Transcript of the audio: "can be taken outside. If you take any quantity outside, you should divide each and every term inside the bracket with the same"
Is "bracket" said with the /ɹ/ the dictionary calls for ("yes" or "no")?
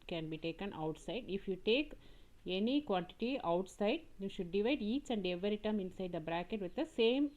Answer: yes